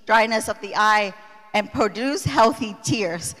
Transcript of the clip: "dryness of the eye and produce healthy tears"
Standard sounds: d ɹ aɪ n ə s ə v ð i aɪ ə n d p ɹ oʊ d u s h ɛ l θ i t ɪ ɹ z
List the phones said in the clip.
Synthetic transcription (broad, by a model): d ɹ aɪ n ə s ə v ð i aɪ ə n p ɹ oʊ d u s h ɛ l θ i t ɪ ɹ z